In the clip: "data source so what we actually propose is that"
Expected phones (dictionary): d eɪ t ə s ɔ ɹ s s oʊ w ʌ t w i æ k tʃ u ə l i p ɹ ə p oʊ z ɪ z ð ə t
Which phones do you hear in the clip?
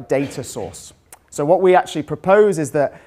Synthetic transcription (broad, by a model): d eɪ t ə s ɔ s s oʊ w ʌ t w i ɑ k tʃ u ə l i p ɹ ə p oʊ z ɪ z ð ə t